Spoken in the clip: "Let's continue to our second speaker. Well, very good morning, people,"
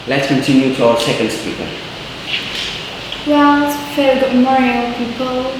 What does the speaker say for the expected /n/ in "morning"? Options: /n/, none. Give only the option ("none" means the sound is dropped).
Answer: none